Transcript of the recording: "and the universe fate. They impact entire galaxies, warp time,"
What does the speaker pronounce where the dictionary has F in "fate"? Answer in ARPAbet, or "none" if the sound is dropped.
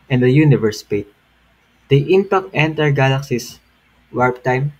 P